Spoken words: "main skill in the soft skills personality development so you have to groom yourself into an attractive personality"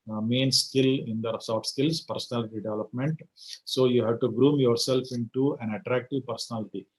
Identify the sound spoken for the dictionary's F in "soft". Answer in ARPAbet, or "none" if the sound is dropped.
none